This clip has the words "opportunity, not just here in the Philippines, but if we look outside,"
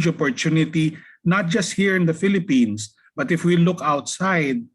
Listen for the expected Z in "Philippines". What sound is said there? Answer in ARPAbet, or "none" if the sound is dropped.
S